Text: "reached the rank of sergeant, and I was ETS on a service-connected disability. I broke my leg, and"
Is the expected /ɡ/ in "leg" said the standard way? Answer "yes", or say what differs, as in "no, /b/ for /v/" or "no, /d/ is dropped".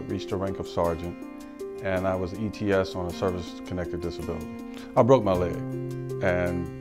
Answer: no, /ɡ/ is dropped